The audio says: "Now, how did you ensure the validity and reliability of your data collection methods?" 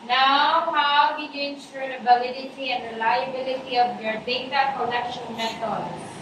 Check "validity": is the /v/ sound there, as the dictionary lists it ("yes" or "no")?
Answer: no